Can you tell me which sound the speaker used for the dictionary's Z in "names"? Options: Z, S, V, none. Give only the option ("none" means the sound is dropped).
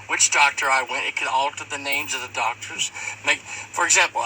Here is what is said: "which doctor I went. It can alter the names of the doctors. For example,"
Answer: Z